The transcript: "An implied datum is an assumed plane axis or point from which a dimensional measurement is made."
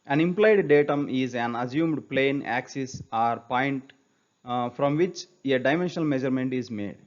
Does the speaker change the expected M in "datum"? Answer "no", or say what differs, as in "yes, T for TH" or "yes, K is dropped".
no